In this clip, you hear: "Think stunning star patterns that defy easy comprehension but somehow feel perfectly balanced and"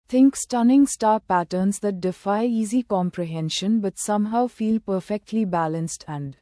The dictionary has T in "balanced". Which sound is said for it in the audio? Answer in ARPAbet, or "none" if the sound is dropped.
T